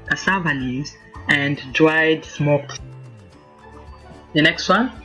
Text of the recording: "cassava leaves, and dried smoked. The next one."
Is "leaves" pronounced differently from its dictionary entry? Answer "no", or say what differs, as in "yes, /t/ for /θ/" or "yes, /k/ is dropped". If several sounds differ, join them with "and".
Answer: yes, /n/ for /l/ and /v/ is dropped